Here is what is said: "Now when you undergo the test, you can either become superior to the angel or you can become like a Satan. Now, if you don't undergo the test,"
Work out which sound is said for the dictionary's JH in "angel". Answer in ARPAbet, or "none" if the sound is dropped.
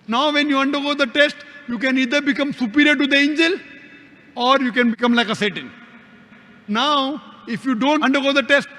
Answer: JH